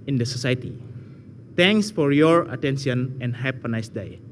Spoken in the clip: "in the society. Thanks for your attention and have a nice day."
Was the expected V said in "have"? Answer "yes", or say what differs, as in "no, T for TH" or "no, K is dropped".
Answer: no, P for V